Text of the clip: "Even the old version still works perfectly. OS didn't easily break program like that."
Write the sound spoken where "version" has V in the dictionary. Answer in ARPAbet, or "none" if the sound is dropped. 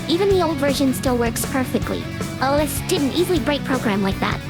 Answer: V